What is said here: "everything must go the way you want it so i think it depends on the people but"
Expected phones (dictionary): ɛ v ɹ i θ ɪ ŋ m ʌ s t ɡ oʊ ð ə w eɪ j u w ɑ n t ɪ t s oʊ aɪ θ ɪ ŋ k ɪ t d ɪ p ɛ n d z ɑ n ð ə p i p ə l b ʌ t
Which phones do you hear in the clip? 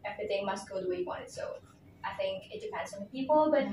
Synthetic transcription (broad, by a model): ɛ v ɹ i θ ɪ ŋ m ʌ s t ɡ oʊ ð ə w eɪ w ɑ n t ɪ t s oʊ aɪ θ ɪ ŋ k ɪ t d ɪ p ɛ n d z n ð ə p i p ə l b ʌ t